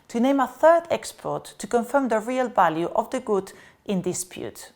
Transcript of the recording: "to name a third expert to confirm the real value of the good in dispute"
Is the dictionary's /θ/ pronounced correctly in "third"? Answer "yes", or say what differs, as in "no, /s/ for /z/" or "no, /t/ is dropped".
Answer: yes